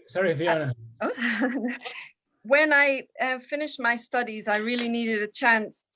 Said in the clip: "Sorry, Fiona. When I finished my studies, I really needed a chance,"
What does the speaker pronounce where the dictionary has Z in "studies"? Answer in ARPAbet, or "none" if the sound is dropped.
Z